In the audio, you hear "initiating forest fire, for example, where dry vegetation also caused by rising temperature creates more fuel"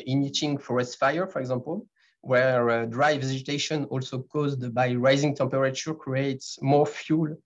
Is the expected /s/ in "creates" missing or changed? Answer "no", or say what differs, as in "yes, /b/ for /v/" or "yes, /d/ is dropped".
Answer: no